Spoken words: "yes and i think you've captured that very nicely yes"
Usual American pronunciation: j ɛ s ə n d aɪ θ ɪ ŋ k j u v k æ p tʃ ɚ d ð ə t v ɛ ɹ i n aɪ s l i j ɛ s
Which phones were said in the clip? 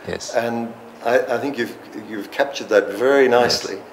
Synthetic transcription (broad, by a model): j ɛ s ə n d aɪ θ ɪ ŋ k j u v k æ p tʃ ɚ d ð ə t v ɛ ɹ i n aɪ s l i